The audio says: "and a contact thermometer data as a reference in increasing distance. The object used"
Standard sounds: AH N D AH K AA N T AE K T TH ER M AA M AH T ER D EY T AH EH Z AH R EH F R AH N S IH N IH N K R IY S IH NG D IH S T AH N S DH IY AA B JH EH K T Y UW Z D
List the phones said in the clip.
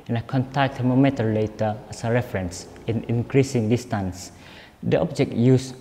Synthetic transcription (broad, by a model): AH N AH K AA N T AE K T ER M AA M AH T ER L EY T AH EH S AH R EH F R AH N S IH N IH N K R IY S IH NG D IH S T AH N S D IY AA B JH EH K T Y UW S